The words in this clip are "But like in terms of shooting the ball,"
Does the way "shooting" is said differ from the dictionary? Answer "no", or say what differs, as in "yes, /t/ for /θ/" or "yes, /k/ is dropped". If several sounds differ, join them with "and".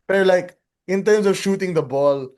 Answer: no